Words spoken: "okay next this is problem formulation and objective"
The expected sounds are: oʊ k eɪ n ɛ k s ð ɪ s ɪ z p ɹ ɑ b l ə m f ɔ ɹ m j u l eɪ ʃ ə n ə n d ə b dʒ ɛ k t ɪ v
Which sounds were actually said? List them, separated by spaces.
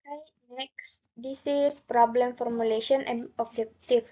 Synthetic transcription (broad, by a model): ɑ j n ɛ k s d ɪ s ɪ s p ɹ ɑ b l ə m f ɔ ɹ m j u l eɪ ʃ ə n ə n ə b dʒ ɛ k t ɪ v